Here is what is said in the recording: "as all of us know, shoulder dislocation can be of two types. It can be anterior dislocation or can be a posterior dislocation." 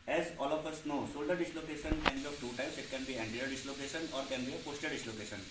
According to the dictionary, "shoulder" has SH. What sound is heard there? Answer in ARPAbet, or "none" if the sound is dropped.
S